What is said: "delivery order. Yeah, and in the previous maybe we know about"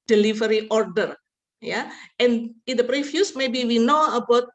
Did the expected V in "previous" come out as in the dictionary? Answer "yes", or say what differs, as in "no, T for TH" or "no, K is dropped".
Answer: no, F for V